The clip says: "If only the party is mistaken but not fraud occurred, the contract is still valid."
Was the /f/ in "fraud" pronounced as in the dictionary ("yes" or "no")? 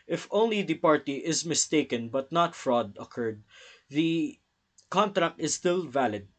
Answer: yes